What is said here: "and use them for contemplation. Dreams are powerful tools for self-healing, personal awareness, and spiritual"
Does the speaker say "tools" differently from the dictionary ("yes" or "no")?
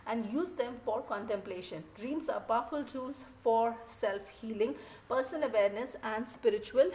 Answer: yes